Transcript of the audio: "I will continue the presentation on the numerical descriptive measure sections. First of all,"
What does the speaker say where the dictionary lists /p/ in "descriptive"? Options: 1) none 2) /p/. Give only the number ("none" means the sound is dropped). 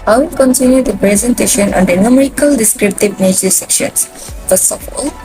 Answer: 2